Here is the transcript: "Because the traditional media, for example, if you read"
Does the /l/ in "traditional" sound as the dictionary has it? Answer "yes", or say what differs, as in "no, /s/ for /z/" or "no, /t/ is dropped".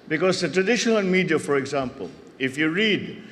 no, /n/ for /l/